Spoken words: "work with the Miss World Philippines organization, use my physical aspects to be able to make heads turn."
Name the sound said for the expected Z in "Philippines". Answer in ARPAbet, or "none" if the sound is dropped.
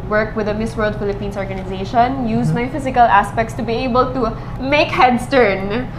S